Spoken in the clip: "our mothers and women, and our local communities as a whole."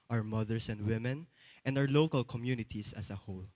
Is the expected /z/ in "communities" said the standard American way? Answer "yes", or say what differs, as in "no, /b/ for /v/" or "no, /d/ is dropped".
no, /s/ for /z/